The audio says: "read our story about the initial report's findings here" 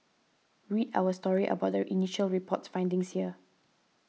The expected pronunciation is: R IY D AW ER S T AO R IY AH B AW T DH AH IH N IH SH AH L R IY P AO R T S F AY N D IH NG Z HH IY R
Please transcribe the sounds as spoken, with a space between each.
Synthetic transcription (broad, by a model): R IY D AW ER S T AO R IY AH B AW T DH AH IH N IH SH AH L R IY P AO T S F AY N D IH NG S HH IY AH